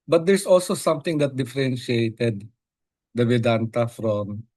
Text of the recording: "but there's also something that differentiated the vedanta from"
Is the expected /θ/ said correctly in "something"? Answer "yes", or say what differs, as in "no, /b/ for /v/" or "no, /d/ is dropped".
no, /t/ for /θ/